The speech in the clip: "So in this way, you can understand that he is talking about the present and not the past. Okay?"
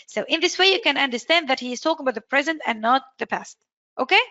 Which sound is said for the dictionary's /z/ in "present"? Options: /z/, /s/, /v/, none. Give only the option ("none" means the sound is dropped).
/z/